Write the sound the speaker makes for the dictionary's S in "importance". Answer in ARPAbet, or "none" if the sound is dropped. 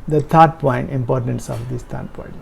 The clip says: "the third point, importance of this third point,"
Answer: S